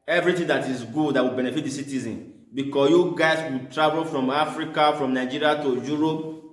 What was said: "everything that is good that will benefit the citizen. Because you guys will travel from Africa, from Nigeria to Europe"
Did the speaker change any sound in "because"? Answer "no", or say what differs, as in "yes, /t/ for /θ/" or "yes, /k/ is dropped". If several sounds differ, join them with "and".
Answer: yes, /s/ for /z/